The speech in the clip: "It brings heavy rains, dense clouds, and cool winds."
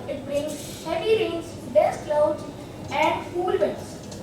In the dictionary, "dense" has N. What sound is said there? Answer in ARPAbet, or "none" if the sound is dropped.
none